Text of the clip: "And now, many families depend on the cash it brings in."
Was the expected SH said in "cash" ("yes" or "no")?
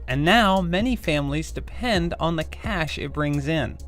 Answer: yes